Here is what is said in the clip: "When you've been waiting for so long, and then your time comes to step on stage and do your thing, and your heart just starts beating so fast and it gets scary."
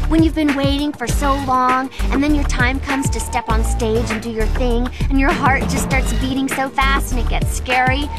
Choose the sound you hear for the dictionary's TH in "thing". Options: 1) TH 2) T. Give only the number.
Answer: 1